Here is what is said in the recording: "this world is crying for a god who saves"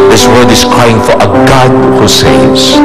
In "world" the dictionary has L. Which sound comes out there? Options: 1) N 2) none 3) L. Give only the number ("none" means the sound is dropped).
2